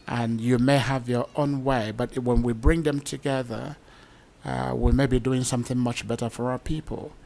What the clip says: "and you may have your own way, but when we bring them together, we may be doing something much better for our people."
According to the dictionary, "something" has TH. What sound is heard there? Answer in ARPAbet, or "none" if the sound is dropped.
TH